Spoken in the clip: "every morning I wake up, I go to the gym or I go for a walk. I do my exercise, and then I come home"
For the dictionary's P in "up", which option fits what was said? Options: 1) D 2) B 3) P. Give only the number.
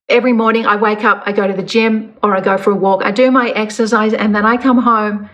3